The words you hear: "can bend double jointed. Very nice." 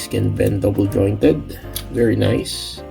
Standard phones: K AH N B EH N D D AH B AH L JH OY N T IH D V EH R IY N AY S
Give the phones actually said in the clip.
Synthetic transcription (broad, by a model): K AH N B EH N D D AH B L JH OY N T IH D V EH R IY N AY S